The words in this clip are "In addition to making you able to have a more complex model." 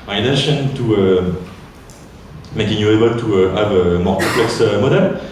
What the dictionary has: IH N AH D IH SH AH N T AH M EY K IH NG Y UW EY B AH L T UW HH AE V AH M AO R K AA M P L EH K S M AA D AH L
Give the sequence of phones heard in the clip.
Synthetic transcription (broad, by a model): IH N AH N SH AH N T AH M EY K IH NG Y UW EY B AH L T UW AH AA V AH M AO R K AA P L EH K S M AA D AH L